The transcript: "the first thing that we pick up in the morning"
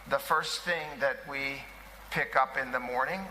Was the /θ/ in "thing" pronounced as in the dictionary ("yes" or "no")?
yes